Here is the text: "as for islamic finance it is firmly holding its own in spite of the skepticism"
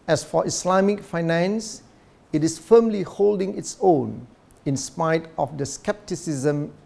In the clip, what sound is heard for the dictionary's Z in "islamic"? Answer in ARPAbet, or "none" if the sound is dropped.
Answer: S